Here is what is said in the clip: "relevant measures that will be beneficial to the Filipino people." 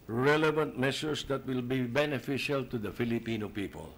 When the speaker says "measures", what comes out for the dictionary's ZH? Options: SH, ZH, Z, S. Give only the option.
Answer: S